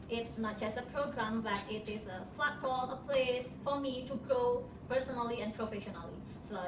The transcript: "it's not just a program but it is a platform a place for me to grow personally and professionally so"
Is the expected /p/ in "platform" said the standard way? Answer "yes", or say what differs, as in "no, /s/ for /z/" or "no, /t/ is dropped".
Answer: no, /f/ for /p/